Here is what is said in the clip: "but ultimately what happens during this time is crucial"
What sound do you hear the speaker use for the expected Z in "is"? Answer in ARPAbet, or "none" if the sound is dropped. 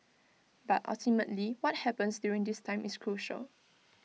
S